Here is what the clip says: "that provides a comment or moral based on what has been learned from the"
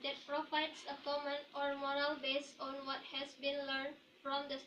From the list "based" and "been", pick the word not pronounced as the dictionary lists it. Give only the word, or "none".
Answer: based